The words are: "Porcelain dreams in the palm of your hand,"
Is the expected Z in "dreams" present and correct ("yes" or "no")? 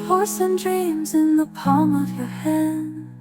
yes